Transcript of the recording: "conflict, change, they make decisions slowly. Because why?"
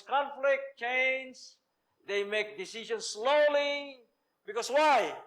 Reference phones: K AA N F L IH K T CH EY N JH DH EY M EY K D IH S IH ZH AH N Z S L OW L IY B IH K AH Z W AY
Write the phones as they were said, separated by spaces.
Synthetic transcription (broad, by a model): K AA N F L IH K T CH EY N Z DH EY M EY K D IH S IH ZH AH N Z S L OW L IY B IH K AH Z W AY